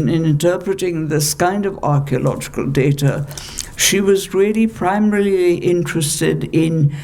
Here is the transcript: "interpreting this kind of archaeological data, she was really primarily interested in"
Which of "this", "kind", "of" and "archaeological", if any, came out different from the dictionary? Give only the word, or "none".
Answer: none